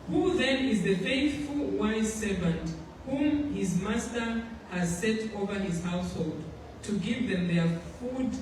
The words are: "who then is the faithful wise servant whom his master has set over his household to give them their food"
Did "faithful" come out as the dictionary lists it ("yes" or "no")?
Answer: yes